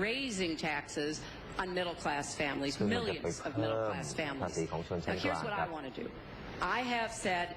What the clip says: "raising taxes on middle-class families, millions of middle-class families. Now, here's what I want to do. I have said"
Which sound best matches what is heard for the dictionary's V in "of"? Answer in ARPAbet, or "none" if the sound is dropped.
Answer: V